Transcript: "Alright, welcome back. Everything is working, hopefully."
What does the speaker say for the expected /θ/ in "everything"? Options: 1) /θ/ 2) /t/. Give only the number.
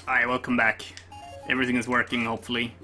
1